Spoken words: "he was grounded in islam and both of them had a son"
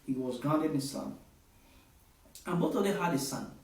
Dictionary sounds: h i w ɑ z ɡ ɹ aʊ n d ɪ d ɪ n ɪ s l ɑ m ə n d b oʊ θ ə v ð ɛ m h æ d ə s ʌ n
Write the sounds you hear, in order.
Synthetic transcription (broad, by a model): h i w ɑ z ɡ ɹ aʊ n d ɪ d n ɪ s ɑ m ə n b oʊ θ ə v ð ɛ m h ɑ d ə s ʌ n